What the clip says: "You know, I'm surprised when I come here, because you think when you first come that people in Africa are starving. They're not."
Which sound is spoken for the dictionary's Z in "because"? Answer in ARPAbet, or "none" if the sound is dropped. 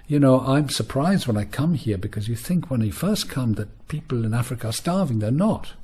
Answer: Z